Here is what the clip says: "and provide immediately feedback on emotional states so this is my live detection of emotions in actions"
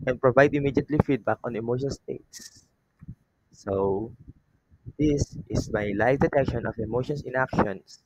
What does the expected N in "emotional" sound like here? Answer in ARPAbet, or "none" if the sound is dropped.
none